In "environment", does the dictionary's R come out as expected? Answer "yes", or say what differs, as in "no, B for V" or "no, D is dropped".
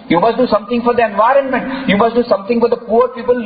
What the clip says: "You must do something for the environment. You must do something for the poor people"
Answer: yes